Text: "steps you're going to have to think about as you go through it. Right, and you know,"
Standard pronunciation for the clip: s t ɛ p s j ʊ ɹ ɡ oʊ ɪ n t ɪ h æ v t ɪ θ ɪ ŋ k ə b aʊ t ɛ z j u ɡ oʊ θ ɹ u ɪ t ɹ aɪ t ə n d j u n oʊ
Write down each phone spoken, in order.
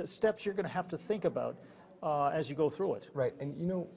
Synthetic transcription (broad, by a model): s t ɛ p s j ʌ ɹ ɡ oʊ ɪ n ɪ h æ f t ɪ θ ɪ ŋ k ə b aʊ t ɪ z j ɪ ɡ oʊ θ ɹ u ɪ t ɹ aɪ t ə n j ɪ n oʊ